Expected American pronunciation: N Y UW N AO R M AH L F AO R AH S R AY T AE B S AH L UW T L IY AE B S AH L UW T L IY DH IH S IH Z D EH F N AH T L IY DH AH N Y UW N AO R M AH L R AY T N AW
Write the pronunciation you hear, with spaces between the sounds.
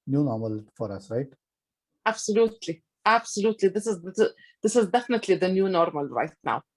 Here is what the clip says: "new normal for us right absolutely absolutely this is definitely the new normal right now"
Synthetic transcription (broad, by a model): N Y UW N AO R M AH L F AO R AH S R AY T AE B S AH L UW T L IY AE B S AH L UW T L IY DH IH S IH Z D EH F N AH T L IY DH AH N Y UW N AO R M AH L R AY T N AW